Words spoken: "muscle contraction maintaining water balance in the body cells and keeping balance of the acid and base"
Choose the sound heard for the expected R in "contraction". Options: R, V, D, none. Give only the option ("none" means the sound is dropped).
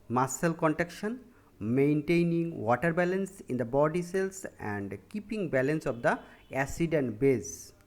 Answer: none